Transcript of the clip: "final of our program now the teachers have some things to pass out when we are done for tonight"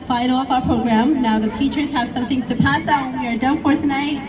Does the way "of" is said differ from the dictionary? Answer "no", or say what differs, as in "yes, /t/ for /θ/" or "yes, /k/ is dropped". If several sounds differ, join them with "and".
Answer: yes, /f/ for /v/